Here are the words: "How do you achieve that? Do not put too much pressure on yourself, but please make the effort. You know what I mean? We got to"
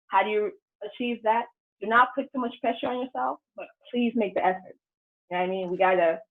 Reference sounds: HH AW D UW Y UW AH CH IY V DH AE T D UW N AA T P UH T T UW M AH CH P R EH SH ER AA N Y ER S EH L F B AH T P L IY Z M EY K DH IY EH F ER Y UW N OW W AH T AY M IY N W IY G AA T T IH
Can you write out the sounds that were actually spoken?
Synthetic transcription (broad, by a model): HH AW D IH Y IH AH CH IY V DH AE T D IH N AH T P UH T T UW M AH CH P R EH SH ER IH N Y ER S EH L F B AH T P L IY Z M EY K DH IY EH F ER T AY M IY N W IY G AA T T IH